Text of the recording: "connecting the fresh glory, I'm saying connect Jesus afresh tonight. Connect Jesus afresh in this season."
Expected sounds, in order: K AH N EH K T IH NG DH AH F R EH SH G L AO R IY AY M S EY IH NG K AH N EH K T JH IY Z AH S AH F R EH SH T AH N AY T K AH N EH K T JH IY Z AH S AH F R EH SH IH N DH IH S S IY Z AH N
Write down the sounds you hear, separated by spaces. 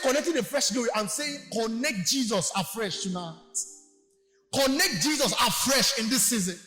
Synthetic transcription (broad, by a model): K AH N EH K T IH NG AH F R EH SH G AO IY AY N S EY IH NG K AH N EH K T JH IY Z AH S AH F R EH SH T AH N AY T K AH N EH K T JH IY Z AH S AH F R EH SH IH N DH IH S S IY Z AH N